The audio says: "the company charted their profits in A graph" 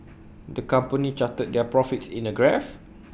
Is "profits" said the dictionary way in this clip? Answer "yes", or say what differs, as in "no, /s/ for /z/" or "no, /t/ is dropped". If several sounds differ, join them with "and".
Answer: yes